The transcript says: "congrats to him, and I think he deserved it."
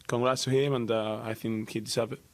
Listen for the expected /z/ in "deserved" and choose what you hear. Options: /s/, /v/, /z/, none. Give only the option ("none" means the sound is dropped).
/s/